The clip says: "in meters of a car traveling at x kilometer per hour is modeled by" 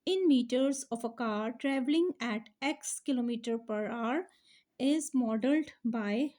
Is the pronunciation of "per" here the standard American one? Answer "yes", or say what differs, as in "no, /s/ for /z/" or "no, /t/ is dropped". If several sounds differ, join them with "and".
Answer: yes